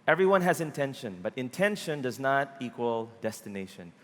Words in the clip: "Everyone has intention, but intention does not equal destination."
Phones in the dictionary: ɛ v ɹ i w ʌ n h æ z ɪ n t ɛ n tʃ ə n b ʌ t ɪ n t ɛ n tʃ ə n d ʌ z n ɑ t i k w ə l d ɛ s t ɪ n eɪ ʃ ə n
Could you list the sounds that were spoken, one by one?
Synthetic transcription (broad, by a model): ɛ v ɹ i w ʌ n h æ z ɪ n t ɛ n ʃ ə n b ʌ t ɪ n t ɛ n ʃ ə n d ʌ z n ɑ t i k w ə l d ɛ s t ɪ n eɪ ʃ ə n